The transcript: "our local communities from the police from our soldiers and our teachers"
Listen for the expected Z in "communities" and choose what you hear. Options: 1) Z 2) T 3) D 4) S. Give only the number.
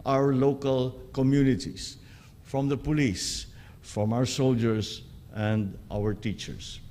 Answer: 4